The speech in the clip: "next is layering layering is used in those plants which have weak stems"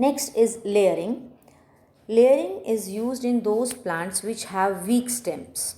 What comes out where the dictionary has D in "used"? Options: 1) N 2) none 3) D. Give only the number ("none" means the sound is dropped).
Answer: 3